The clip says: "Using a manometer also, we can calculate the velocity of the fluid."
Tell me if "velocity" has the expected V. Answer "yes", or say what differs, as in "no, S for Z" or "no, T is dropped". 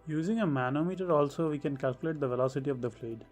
yes